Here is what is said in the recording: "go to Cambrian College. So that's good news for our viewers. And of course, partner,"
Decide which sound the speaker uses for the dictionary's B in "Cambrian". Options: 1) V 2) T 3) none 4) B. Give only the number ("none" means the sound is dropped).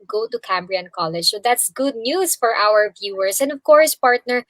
4